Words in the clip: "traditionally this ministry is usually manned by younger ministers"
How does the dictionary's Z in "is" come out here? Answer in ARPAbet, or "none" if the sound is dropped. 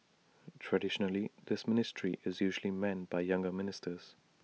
Z